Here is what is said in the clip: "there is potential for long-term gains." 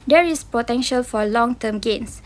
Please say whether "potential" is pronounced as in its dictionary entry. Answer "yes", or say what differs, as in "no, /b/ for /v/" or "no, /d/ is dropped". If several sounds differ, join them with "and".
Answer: yes